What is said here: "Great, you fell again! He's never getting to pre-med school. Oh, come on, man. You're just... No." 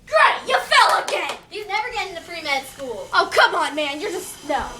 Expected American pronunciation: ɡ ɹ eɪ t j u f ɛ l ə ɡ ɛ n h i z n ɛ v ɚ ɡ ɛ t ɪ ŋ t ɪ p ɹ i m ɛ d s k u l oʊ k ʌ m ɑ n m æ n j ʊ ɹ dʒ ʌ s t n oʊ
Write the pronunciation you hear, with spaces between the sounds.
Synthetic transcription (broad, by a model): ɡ ɹ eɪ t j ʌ f ɛ l ə ɡ ɛ n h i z n ɛ v ɚ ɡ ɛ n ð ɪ f ɹ i m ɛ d s k u l oʊ k ʌ m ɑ n m æ n j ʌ ɹ dʒ ʌ s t n oʊ